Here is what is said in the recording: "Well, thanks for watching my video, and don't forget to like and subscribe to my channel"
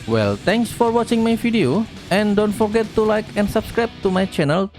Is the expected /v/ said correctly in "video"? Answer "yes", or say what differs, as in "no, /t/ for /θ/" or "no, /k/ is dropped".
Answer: no, /f/ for /v/